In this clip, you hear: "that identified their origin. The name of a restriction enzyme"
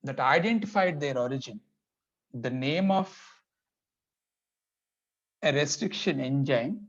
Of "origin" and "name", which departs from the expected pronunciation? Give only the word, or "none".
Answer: none